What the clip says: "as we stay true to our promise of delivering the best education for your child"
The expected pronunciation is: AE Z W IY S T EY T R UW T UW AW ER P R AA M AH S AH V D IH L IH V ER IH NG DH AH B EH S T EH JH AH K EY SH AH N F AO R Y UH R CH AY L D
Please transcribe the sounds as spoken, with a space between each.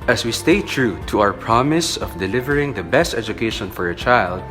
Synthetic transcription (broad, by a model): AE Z W IY S T EY T R UW T UW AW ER P R AA M AH S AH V D IH L IH V ER IH NG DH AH B EH S T EH JH AH K EY SH AH N F AO R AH CH AY L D